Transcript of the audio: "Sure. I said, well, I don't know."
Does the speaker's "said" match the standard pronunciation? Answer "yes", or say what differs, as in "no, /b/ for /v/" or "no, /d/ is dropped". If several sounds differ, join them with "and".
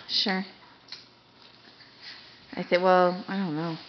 no, /θ/ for /s/